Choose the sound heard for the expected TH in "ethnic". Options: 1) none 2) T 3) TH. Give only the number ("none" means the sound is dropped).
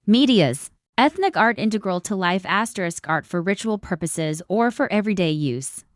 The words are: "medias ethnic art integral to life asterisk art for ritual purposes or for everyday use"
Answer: 3